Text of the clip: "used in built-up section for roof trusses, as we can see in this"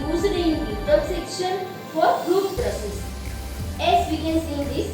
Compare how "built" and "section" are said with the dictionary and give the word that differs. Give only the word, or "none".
built